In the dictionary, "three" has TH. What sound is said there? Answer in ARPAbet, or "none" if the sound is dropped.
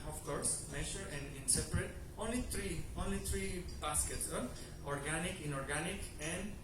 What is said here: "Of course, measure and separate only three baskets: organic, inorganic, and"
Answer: T